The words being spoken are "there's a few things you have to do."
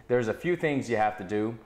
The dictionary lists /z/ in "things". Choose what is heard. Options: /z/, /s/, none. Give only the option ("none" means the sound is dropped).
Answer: /z/